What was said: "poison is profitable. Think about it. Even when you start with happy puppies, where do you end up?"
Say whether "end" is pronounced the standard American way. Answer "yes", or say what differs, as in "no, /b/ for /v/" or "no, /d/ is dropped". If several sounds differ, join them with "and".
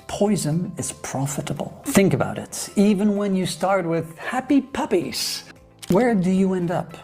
yes